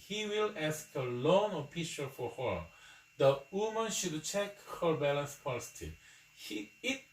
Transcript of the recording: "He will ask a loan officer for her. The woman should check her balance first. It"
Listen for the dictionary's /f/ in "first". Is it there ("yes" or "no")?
no